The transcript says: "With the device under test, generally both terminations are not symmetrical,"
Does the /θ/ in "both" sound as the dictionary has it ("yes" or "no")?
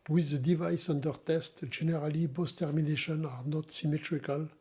no